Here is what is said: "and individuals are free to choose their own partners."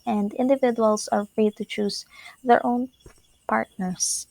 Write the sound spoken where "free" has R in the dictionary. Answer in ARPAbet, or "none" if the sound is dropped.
R